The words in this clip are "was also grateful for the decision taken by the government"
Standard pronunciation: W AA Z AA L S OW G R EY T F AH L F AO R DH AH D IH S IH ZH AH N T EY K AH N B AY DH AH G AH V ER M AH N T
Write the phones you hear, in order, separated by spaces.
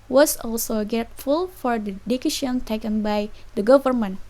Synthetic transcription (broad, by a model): W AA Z AA L S OW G EY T F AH L F AO R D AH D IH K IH SH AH N T EY K AH N B AY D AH G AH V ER M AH N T